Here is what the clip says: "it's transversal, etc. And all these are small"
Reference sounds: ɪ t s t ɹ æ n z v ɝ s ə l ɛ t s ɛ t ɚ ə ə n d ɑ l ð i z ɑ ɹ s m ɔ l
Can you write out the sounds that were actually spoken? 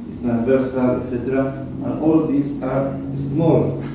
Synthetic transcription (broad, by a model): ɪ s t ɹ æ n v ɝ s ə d ɛ t s ɛ t ɚ ə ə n ɑ l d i s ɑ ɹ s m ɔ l